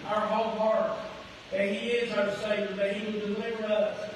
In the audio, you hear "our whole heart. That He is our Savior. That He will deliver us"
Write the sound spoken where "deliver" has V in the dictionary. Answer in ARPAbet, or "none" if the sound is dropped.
V